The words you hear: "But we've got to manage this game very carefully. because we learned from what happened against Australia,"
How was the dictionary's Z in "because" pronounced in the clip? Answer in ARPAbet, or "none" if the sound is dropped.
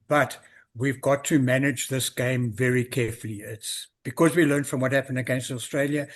Z